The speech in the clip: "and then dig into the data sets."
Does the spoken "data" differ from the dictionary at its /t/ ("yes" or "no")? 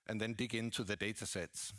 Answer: no